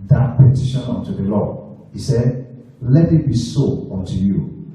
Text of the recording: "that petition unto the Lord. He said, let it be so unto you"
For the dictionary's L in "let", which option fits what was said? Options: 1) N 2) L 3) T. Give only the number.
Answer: 2